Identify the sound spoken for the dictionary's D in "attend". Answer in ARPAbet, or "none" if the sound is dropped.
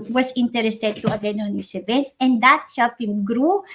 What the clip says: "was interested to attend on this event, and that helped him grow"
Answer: none